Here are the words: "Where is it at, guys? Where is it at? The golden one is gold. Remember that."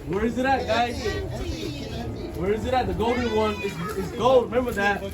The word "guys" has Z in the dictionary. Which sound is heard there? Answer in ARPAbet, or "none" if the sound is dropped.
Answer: none